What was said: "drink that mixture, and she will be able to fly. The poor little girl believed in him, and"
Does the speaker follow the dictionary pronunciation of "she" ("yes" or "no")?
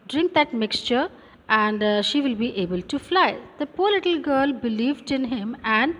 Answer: yes